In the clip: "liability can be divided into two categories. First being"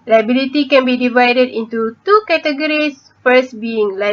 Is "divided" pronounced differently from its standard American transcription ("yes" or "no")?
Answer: no